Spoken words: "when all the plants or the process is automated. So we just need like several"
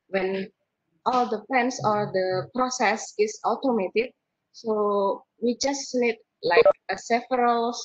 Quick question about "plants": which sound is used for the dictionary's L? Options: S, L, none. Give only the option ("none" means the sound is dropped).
none